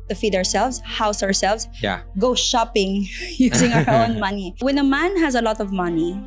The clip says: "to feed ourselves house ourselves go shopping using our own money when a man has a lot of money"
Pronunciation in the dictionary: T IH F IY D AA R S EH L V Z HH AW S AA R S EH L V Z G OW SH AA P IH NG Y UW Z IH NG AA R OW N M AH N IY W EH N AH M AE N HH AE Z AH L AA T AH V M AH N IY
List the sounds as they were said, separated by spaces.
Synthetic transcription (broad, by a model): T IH F IY D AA R S EH L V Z HH AW S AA R S EH L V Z G OW SH AA P IH NG Y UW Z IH NG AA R OW N M AH N IY W EH N AH M AE N HH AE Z AH L AA T AH V M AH N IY